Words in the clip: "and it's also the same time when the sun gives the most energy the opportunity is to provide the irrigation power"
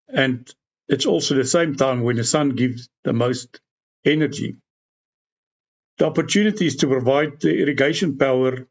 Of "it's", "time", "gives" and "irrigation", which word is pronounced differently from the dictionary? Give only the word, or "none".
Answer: none